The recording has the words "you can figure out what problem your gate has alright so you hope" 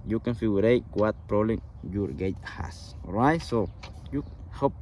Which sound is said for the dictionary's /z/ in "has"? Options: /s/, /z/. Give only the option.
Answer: /s/